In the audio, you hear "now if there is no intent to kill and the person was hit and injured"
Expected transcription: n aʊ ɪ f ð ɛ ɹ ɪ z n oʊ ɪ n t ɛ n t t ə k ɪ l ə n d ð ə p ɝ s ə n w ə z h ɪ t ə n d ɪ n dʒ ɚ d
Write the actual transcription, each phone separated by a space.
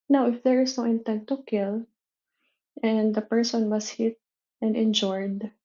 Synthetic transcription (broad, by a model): n aʊ ɪ f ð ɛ ɹ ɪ s n oʊ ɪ n t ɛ n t t ə k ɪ l ə n d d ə p ɝ s ə n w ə s h ɪ t ə n d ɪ n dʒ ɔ d